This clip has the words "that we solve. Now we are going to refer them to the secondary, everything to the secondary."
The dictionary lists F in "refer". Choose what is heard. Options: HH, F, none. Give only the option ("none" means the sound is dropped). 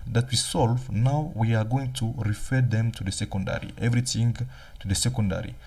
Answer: F